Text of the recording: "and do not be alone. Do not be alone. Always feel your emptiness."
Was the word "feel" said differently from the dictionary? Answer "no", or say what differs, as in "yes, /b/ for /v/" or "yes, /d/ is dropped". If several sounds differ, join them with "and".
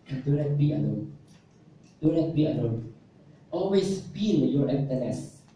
yes, /n/ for /l/